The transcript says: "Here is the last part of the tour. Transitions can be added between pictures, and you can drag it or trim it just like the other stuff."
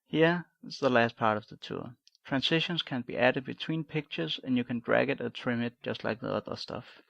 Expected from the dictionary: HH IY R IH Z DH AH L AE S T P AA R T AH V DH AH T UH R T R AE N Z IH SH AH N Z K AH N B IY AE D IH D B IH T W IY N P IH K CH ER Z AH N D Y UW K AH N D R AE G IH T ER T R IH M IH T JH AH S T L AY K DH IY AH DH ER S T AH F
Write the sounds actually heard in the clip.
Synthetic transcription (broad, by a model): HH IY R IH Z DH AH L AE S T P AA R T AH V DH AH T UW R T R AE N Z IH SH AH N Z K AH N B IY AE D IH D B IH T W IY N P IH K CH ER Z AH N Y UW K AH N D R AE G IH T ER T R IH M IH T JH AH S T L AY K DH IY AH DH ER S T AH F